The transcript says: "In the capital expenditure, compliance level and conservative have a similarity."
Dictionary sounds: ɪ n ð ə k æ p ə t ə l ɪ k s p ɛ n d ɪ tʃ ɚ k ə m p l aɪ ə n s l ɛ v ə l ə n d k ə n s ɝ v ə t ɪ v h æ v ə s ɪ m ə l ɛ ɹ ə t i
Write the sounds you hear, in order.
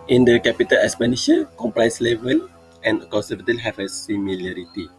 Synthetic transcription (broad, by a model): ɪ n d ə k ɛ p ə t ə l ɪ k s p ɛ n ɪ ʃ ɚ k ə m p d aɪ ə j s l ɛ v ə l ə n k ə n s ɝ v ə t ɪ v h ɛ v ə s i m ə l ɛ ɹ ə t i